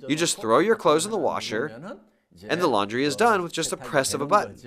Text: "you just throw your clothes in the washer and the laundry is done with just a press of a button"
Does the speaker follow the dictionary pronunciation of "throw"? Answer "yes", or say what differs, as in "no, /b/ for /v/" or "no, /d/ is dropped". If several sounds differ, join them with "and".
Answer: yes